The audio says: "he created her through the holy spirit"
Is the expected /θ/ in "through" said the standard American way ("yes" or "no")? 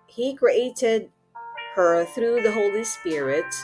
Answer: yes